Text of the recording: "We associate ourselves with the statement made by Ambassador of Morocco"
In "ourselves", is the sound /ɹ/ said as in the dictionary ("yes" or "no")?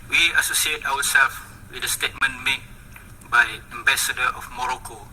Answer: no